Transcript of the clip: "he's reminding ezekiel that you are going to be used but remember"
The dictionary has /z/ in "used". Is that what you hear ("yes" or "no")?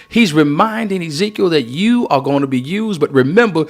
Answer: yes